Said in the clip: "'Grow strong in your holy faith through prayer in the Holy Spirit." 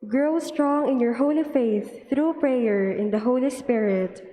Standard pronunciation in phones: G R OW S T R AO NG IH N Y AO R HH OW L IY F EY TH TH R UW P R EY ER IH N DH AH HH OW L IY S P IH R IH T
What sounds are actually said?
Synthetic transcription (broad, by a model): G R OW S T R AO NG IH N Y AO R HH OW L IY F EY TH TH R UW P R EY ER IH N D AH HH OW L IY S P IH R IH T